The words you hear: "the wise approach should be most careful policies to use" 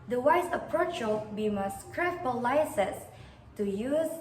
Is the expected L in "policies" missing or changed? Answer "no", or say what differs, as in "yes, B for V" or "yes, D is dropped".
yes, L is dropped